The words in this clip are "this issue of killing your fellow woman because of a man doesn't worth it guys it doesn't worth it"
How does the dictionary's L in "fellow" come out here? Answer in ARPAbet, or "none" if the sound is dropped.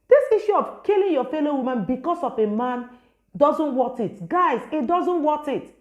L